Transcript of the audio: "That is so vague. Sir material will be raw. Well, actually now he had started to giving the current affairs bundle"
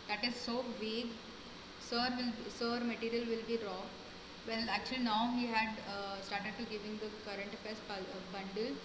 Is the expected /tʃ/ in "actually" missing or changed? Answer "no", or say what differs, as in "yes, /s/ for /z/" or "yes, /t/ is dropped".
no